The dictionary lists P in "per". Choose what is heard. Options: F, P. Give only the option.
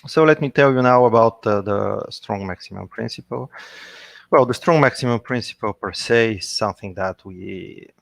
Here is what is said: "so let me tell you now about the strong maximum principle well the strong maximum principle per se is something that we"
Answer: P